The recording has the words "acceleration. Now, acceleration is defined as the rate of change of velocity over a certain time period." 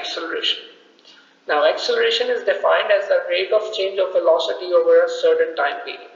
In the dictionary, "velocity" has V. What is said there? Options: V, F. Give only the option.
F